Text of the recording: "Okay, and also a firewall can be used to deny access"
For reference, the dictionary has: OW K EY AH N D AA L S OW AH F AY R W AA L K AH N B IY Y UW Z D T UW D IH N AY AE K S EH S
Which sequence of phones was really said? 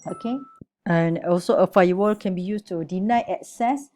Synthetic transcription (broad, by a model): OW K EY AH N AA L S OW AH F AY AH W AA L K AH N B IY Y UW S T UW D IH N AY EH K S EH S